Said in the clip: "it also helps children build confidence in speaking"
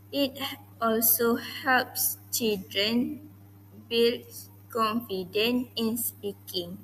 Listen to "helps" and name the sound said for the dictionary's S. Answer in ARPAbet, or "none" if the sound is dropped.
S